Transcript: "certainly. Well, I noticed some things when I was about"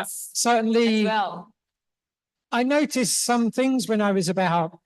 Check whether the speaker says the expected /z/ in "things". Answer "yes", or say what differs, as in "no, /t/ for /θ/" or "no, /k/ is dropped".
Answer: yes